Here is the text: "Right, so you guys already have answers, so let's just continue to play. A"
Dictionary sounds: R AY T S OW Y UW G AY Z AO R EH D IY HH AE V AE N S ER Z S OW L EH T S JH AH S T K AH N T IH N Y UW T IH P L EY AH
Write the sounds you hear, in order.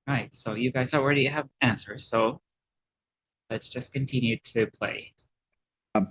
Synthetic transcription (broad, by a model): R AY T S OW Y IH G AY Z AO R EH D IY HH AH V AE N S ER Z S OW L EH T S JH AH S K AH N T IH N Y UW T IH P L EY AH